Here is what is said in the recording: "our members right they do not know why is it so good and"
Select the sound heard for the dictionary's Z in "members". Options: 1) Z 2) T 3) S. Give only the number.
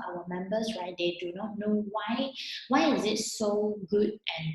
3